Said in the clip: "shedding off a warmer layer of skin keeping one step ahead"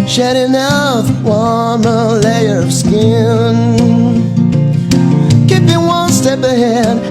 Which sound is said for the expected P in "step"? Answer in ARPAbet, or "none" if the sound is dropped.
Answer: P